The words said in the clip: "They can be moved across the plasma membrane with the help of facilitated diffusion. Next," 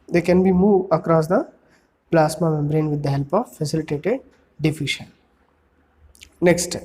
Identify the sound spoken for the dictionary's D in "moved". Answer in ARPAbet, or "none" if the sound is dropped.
none